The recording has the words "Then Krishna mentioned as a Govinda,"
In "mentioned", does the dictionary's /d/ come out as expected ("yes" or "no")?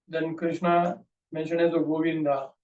no